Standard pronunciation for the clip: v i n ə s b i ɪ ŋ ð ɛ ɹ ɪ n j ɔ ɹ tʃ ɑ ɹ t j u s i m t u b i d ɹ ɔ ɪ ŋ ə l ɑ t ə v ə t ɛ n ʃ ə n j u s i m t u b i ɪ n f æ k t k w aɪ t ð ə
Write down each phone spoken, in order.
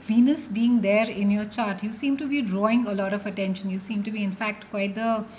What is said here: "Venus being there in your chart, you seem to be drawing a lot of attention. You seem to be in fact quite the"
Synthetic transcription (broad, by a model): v i n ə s b i ɪ ŋ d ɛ ɹ ɪ n j ɔ ɹ tʃ ɑ ɹ t j u s i m t u b i d ɹ ɔ ɪ ŋ ə l ɑ t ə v ə t ɛ n ʃ ə n j u s i m t u b i ɪ n f æ k t k w aɪ t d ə